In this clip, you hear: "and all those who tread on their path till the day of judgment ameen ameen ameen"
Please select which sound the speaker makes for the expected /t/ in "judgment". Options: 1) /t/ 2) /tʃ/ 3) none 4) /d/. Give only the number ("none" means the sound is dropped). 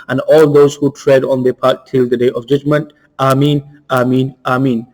1